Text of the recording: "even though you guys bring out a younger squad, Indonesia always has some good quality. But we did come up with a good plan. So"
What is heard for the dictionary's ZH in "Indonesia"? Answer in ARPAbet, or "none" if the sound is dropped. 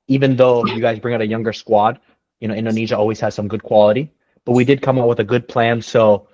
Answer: ZH